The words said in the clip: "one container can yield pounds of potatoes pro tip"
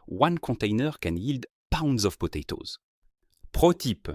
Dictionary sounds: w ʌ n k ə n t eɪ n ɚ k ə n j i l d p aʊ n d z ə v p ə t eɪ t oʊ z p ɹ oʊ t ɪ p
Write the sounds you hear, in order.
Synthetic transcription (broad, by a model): w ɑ n k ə t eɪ n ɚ k ə n j i l d p aʊ n d z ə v p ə t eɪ t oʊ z p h oʊ t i p